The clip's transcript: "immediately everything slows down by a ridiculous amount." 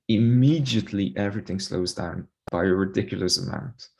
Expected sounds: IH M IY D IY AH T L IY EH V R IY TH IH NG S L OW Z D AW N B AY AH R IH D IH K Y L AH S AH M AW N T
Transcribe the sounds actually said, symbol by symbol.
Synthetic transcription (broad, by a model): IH M IY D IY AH T L IY EH V R IY TH IH NG S L OW Z D AW N B AY AH R IH D IH K Y L AH S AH M AW N T